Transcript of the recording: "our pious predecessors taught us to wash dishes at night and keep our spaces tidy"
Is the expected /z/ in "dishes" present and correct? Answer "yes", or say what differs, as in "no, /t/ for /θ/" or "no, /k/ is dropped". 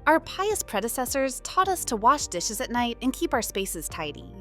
yes